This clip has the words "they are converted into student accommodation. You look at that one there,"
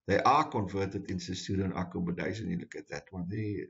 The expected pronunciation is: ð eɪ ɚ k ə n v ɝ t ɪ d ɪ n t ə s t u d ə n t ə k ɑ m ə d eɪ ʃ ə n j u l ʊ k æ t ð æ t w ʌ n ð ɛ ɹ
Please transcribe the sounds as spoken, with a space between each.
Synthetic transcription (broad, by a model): ð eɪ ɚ k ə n v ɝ t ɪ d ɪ n s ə s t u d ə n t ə k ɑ m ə d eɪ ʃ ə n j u l ʊ k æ t ð æ t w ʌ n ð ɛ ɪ